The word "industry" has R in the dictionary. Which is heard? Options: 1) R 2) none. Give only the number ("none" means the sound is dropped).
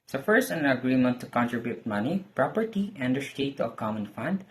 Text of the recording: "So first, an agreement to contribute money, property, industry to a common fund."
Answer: 2